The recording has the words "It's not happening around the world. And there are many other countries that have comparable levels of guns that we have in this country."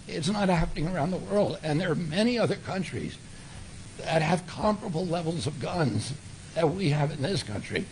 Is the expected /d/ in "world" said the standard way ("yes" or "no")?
yes